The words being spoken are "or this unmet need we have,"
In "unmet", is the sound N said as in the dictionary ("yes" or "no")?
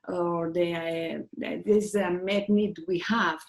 no